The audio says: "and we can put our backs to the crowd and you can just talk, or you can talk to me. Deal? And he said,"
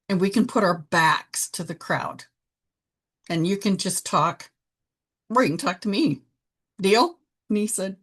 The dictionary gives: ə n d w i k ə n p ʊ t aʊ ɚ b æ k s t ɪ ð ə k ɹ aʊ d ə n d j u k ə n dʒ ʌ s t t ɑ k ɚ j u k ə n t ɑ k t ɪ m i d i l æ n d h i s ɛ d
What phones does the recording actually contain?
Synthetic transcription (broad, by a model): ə n w i k ə n p ʊ t aʊ ɚ b æ k s t ɪ ð ə k ɹ aʊ d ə n j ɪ k ə n dʒ ʌ s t t ɑ k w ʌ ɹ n t ɑ k t ɪ m i d i l n i s ɛ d